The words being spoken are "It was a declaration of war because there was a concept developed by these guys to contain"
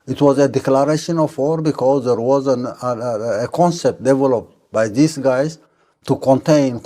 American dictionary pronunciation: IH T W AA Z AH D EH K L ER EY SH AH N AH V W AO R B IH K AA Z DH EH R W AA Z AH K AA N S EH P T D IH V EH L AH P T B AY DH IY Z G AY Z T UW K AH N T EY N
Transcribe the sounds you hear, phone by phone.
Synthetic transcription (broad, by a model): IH T W AA Z AH D EH K L ER EY SH AH N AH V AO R B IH K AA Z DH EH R W AA Z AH K AA N S EH P T D IH V EH L AH P T B AY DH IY S G AY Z T UW K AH N T EY N